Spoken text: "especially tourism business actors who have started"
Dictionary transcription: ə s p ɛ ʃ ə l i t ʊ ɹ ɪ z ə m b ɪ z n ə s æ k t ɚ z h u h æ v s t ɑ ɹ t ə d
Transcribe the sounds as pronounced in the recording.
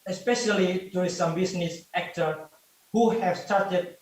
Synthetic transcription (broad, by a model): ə s p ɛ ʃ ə l i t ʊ ɪ s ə m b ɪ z n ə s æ k t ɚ h u h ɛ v s t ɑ ɹ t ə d